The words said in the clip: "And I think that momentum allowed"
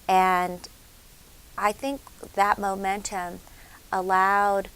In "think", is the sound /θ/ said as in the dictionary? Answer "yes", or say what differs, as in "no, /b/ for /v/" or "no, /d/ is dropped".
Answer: yes